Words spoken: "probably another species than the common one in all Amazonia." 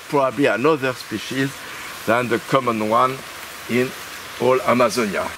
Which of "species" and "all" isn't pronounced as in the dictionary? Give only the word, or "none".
none